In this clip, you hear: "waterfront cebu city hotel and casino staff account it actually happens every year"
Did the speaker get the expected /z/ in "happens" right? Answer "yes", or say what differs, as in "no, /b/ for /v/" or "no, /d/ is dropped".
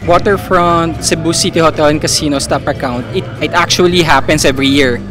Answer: no, /s/ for /z/